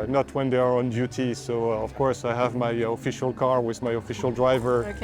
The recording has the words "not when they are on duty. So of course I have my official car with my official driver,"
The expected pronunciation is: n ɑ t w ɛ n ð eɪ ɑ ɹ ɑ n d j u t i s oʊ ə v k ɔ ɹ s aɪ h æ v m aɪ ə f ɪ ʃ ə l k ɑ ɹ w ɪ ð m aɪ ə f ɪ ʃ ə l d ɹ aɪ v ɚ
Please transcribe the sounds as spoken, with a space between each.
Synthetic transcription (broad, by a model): n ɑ t w ɛ n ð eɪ ɑ ɹ ɑ n d j u t i s oʊ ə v k ɔ ɹ s aɪ h æ v m aɪ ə f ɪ ʃ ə l k ɑ ɹ w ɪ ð m aɪ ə f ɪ ʃ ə l d ɹ aɪ v ɚ